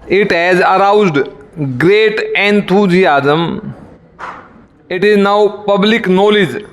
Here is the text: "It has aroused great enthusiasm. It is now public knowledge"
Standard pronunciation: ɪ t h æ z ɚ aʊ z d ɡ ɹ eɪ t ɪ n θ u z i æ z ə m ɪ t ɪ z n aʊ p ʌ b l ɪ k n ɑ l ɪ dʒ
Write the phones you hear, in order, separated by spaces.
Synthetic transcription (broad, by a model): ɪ t h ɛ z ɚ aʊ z d ɡ ɹ eɪ t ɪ n t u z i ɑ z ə m ɪ t ɪ z n aʊ p ʌ b l ɪ k n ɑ l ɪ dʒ